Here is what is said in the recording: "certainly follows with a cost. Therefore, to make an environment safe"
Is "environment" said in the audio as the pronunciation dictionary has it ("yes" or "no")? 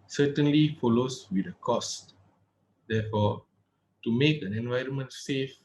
yes